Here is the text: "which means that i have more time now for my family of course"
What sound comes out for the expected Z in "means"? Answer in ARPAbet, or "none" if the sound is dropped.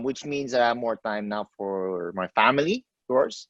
Z